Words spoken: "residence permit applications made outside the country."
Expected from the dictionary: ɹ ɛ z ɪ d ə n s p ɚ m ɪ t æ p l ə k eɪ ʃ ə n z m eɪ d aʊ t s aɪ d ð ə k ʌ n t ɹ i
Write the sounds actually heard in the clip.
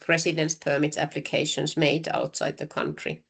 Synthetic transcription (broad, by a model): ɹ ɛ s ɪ d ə n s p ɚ m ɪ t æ p l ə k eɪ ʃ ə n s m eɪ d aʊ t s aɪ d ð ə k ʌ n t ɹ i